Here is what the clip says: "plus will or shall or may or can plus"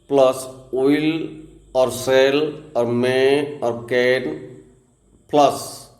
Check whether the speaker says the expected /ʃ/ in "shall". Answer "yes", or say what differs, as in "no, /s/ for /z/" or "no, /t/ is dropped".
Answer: no, /s/ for /ʃ/